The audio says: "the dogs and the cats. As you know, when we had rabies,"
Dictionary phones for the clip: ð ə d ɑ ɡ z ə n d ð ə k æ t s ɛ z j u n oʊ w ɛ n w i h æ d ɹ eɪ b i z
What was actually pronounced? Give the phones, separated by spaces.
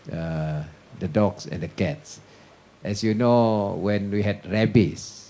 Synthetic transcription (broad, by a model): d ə d ɑ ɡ s ə n d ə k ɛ t s ɛ s j u n oʊ w ɛ n w i h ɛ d ɹ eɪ b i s